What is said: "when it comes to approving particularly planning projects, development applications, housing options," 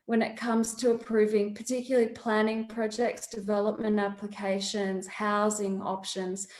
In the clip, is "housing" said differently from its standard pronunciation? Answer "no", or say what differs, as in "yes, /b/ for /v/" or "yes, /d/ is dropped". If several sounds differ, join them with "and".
no